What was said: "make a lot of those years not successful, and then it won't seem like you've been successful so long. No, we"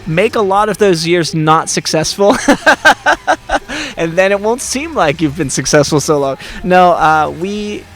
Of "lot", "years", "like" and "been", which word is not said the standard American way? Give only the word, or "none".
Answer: none